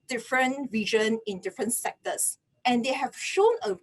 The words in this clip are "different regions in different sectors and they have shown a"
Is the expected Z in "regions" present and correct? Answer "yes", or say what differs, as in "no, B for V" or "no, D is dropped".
no, Z is dropped